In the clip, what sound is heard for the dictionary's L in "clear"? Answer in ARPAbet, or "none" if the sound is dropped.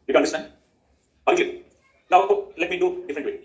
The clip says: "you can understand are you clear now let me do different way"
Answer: none